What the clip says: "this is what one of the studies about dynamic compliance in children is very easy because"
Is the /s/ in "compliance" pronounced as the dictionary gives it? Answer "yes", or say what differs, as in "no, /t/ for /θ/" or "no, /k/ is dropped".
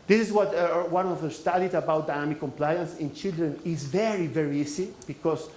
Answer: yes